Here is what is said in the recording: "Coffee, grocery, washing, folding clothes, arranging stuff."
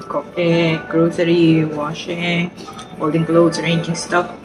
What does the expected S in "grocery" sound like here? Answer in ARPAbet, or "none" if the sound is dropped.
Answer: TH